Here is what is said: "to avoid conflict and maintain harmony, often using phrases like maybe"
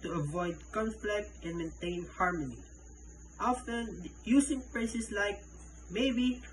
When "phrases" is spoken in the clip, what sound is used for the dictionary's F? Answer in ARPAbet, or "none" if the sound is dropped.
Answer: P